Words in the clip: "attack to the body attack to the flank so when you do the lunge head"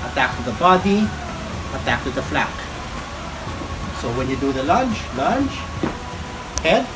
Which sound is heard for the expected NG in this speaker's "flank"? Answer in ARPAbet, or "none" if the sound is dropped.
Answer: none